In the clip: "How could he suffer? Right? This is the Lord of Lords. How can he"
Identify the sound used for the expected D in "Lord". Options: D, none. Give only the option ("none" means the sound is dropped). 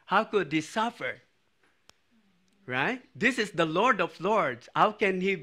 D